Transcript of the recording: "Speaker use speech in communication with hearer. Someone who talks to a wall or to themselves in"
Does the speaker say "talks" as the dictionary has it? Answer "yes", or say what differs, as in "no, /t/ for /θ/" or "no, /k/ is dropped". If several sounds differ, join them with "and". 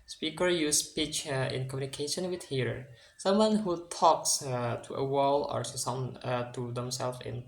yes